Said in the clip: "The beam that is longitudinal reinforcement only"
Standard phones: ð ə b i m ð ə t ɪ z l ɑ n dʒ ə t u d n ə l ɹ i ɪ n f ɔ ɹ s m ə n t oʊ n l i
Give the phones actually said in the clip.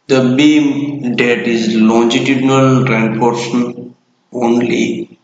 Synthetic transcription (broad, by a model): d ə b i m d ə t ɪ z l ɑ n dʒ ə t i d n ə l ɹ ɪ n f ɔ ɹ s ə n oʊ n l i